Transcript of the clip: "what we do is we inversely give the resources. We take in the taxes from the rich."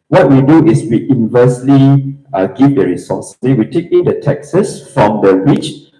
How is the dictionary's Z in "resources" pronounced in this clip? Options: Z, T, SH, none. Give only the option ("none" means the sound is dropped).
none